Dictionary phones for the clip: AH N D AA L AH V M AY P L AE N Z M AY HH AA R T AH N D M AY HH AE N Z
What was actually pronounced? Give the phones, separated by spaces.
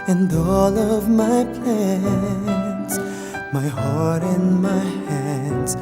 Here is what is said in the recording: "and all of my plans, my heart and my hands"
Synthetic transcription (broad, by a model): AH N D AA L AH V M AY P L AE N S M AY HH AA R T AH N M AY HH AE N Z